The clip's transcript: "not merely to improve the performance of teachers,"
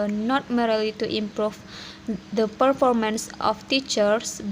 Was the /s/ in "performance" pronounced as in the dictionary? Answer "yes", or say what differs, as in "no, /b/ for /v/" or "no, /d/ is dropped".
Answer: yes